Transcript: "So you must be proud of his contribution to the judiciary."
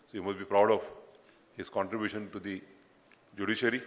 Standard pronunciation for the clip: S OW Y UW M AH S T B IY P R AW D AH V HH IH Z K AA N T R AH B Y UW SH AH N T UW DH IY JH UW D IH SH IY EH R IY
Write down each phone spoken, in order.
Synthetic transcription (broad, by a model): S OW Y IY M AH S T B IY P R AW D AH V HH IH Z K AA N T R AH B Y UW SH AH N T UW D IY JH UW D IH SH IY R IY